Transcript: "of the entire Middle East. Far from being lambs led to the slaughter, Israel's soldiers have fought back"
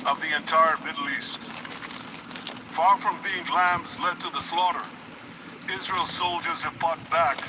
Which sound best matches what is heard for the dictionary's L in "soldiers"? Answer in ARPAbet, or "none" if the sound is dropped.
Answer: L